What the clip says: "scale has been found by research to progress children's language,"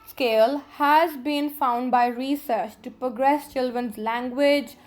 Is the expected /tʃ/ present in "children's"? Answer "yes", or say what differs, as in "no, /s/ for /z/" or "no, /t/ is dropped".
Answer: yes